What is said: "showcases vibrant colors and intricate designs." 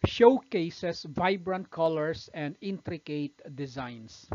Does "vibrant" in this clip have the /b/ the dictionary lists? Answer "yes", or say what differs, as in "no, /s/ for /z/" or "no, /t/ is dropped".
yes